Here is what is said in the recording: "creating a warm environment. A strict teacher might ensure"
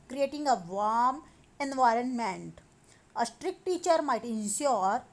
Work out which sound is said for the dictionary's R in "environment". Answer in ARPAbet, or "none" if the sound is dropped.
R